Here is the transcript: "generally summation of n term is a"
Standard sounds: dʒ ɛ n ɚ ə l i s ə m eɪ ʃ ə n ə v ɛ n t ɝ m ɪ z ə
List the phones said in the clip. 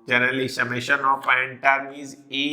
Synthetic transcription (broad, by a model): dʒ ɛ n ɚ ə l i s ə m eɪ ʃ ə n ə p ɛ n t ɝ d ɪ z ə